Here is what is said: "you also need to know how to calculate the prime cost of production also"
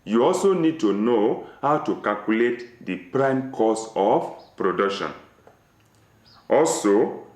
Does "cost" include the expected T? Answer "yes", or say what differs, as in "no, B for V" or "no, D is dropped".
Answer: no, T is dropped